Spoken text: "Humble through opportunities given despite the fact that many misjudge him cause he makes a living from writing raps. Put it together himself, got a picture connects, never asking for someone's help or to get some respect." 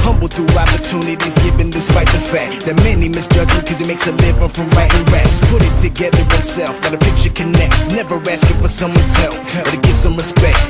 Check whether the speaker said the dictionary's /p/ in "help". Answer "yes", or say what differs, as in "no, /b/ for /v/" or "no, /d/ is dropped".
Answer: no, /f/ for /p/